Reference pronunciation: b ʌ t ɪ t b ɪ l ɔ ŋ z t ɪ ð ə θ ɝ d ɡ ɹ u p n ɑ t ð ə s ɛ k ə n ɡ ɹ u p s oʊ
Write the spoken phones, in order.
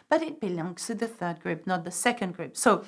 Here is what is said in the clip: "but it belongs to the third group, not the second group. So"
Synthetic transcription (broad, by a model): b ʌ t ɪ t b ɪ l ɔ ŋ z t ɪ ð ə θ ɝ d ɡ ɹ u p n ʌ t ð ə s ɛ k ə n ɡ ɹ u p s oʊ